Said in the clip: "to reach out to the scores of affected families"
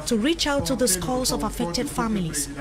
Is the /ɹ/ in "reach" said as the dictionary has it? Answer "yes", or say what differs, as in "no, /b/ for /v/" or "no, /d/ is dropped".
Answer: yes